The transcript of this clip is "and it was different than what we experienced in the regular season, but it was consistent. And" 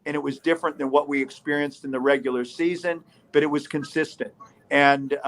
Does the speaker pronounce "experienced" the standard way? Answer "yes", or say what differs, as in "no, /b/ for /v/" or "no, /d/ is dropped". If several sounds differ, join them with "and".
yes